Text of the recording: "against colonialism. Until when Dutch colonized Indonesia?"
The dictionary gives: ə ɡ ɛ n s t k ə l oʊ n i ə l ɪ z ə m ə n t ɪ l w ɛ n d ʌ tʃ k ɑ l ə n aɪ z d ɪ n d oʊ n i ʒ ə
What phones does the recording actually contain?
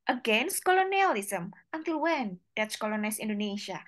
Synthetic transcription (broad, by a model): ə ɡ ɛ n s t k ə l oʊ n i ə l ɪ s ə m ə n t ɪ l w ɛ n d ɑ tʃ k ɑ l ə n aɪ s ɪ n d oʊ n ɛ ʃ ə